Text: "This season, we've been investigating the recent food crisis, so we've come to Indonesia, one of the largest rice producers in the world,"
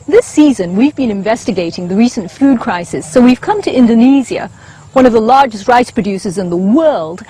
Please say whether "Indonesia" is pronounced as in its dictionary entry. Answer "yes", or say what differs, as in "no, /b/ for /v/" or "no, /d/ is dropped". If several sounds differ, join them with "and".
no, /z/ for /ʒ/